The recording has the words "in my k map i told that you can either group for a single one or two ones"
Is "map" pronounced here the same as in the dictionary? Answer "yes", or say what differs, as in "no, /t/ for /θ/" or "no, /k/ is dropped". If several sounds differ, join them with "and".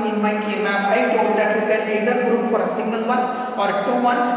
no, /b/ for /p/